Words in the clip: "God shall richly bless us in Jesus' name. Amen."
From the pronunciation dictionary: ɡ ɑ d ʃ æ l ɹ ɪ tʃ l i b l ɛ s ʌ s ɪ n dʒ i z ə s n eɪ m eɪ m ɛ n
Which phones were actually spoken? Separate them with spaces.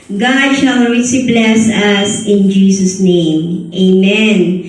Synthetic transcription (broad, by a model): ɡ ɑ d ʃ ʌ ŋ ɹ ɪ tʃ i b l ɛ s ʌ s ɪ n dʒ i s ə s n eɪ m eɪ m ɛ n